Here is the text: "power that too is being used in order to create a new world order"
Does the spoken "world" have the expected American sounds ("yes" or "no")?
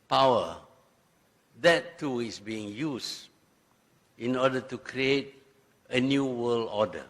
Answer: no